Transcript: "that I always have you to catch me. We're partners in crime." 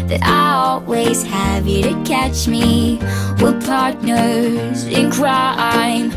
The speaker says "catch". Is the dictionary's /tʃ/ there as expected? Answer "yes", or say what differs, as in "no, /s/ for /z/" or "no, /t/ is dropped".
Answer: yes